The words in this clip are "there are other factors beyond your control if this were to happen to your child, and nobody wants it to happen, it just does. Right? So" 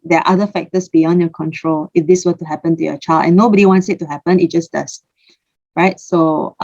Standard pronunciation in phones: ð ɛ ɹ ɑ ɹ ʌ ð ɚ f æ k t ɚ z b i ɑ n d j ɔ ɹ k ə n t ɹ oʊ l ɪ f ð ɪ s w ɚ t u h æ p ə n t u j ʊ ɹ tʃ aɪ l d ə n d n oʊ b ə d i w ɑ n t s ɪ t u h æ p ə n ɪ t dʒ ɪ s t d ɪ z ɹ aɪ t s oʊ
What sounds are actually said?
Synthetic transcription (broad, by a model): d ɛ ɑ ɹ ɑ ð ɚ f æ k t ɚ s b i ɑ n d j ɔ k ə n t ɹ oʊ l ɪ f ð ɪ s w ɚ t u h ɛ p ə n t u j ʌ tʃ aɪ l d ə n n oʊ b ə d i w ɑ n t s ɪ t u h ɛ p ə n ɪ t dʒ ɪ s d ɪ s ɹ aɪ t s oʊ